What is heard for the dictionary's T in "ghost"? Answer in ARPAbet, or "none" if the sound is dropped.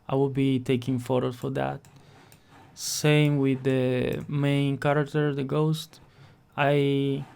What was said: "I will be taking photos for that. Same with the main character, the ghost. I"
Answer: T